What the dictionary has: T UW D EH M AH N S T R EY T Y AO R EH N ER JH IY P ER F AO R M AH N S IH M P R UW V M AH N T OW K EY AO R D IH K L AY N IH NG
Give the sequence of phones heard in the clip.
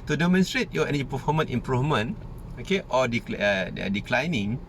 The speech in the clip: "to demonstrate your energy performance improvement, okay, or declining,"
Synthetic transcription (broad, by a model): T UW D EH M AH N S T R EY T Y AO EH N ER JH IY P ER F AO M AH N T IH M P R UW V M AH N OW K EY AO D D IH K L AY N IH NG